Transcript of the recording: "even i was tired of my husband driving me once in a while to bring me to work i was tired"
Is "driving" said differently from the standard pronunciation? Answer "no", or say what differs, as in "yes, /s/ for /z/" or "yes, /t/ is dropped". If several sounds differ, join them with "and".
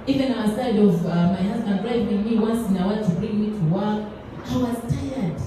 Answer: yes, /w/ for /v/